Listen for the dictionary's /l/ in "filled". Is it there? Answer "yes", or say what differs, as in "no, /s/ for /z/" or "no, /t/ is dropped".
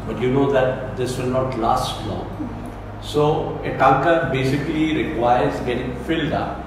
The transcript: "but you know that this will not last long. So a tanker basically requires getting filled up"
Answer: yes